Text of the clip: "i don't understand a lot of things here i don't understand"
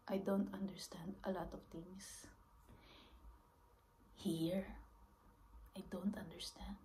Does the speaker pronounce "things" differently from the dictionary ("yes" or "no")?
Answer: yes